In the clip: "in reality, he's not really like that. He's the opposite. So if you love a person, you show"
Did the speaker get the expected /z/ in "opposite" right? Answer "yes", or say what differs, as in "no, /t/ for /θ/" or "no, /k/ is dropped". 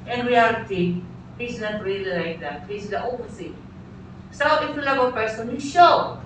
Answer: no, /s/ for /z/